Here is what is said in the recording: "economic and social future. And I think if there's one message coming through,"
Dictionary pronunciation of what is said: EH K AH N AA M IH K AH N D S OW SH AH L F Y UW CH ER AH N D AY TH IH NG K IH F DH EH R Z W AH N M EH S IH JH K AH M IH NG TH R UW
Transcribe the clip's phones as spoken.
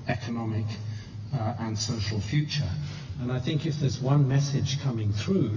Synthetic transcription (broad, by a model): EH K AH N AA M IH K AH N S OW SH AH L F Y UW CH ER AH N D AY TH IH NG K IH F DH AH R Z W AH N M EH S IH JH K AH M IH NG TH R UW